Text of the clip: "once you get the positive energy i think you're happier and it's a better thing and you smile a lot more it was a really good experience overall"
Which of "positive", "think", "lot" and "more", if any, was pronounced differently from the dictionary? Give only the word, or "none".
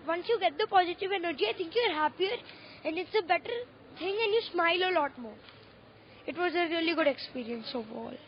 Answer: think